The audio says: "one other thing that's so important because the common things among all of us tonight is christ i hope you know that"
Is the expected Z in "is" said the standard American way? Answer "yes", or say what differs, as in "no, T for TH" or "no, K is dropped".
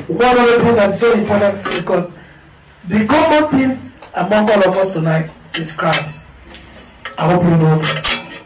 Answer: no, S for Z